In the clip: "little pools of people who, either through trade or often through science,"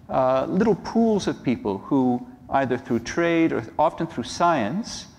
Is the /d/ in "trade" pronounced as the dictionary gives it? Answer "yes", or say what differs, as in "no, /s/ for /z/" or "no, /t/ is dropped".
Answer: yes